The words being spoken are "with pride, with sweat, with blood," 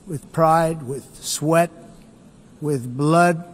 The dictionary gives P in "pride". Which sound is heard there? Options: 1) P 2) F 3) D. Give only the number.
1